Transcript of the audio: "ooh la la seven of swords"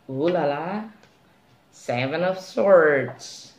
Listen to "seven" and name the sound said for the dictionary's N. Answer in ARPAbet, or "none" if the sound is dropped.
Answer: N